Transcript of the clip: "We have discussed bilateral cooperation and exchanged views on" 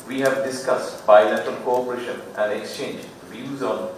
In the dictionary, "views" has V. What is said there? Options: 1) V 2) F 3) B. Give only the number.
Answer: 1